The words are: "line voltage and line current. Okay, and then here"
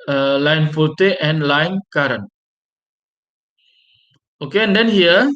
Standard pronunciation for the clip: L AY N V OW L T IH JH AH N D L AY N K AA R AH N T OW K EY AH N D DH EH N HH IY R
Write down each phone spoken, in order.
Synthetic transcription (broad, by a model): L AY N F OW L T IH AH N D L AY N K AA R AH N OW K EY AH N D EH N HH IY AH